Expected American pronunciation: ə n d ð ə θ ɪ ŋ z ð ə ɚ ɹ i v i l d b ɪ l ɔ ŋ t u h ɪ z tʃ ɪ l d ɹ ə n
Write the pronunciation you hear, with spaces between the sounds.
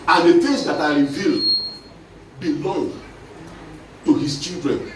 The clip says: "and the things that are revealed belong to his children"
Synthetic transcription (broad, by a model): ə n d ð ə f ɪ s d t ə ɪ ɹ i v i l d b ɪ l ɔ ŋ t u h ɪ s tʃ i l d ɹ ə n